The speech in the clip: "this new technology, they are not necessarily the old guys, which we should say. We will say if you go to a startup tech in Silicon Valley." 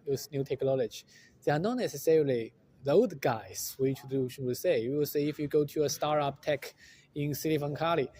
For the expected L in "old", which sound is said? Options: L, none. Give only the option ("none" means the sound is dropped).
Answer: none